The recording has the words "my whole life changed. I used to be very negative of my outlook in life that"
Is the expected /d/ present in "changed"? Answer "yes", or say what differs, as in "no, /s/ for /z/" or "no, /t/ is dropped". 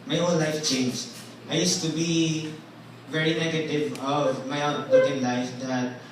no, /d/ is dropped